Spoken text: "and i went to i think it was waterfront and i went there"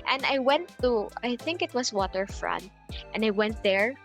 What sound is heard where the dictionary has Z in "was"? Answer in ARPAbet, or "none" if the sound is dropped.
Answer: S